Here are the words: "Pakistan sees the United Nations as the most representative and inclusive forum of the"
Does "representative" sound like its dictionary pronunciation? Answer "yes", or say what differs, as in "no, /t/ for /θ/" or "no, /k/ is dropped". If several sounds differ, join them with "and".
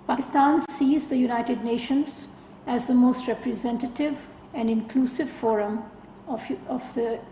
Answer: yes